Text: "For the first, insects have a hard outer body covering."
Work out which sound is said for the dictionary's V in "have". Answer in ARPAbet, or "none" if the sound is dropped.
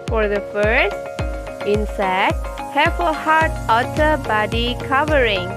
F